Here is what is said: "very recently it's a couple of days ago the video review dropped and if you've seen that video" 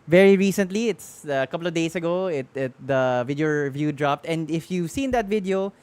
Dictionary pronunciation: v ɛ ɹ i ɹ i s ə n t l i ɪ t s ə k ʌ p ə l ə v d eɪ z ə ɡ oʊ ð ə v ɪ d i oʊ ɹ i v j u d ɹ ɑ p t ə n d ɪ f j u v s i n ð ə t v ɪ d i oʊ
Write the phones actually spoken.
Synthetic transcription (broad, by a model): v ɛ ɹ i ɹ i s ə n t l i ɪ t s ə k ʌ p l ə v d eɪ s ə ɡ oʊ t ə v ɪ d i oʊ ɹ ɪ v j u d ɹ ɑ p t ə n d ɪ f j u v s i n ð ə t v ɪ d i oʊ